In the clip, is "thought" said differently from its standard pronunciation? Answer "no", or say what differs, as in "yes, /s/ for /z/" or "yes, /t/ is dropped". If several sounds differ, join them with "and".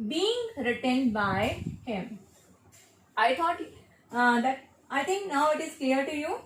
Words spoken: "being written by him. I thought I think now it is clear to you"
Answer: yes, /t/ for /θ/